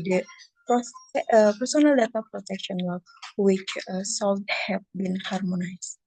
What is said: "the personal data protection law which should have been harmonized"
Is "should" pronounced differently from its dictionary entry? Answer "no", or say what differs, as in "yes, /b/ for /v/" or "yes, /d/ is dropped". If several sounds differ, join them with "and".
yes, /s/ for /ʃ/